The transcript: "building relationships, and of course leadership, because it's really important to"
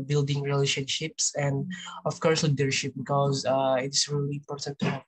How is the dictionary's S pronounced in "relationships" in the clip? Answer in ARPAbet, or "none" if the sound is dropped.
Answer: S